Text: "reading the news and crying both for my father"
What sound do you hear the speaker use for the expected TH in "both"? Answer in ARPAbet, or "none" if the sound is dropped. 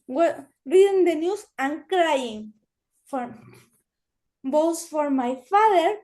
S